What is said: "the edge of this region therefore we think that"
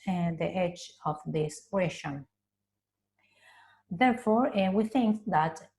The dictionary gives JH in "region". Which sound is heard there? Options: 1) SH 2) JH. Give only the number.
1